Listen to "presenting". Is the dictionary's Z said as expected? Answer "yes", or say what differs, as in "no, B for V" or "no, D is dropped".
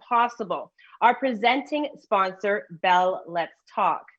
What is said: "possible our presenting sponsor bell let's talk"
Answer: yes